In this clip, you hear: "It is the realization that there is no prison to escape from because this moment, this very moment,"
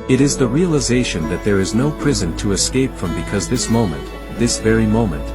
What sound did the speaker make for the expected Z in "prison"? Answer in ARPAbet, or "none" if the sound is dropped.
Z